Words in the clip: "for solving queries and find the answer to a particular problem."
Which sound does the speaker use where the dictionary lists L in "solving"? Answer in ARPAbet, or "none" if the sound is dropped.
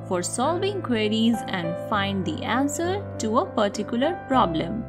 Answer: L